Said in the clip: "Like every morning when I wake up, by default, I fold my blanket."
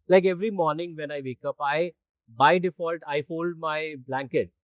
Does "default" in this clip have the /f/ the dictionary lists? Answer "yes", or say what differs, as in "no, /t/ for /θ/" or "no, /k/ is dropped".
yes